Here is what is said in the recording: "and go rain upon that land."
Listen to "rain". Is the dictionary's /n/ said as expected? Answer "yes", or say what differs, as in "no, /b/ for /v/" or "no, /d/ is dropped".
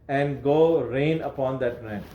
yes